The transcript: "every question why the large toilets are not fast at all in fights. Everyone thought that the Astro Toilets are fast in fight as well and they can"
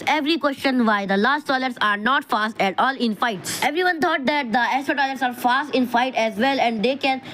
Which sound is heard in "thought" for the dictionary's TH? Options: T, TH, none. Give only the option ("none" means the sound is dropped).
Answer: T